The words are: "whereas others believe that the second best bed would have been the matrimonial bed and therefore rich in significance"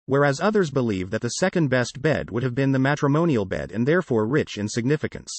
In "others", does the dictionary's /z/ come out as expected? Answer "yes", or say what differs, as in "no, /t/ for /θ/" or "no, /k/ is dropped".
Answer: yes